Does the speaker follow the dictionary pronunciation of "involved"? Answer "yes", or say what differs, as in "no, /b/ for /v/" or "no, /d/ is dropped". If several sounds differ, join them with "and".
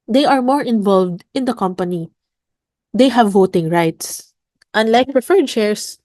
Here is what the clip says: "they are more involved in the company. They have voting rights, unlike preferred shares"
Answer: yes